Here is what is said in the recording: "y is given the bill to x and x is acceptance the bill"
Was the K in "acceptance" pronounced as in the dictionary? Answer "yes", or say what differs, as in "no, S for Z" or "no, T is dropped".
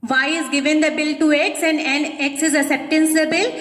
no, K is dropped